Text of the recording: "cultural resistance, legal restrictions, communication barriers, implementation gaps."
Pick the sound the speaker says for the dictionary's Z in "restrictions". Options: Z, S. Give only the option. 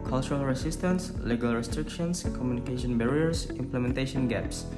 S